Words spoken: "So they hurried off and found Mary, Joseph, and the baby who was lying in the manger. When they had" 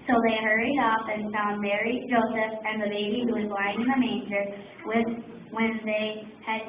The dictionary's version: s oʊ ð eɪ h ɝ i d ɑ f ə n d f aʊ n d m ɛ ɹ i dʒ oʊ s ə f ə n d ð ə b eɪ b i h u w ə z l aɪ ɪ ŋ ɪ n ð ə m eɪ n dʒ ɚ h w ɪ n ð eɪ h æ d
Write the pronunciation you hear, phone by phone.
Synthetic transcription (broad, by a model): s oʊ ð eɪ h ɝ i d ɑ f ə n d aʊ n m ɛ ɹ i dʒ oʊ s ə f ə n ð ə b eɪ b i h u w ə z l aɪ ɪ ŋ ɪ n ð ə m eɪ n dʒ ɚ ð w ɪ n ð eɪ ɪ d